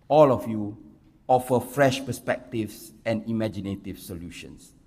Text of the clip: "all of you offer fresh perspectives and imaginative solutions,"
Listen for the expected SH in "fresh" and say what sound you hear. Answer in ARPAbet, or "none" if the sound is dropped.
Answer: SH